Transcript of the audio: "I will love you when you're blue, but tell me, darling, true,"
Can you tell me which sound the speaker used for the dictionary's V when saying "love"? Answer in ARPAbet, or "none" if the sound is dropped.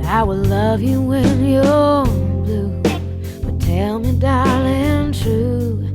V